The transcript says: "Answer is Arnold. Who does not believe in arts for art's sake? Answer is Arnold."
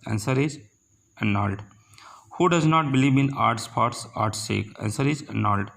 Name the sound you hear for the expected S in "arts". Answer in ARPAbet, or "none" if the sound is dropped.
S